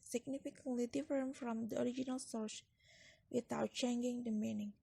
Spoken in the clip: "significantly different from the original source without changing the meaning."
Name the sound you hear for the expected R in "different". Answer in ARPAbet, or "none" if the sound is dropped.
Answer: none